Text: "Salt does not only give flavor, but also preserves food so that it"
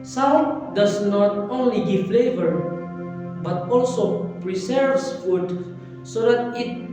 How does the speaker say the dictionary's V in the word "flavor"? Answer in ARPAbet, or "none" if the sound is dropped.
V